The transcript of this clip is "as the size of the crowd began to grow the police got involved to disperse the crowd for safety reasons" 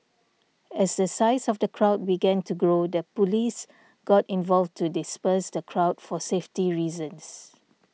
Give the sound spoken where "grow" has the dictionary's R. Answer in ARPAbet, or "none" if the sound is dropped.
R